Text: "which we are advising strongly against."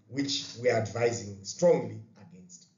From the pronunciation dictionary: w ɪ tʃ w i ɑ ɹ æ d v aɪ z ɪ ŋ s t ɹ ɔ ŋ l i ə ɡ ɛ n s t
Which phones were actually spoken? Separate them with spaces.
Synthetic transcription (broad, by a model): w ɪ tʃ w i ɑ ɹ æ d v aɪ z ɪ ŋ s t ɹ ɔ ŋ l i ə ɡ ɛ n s t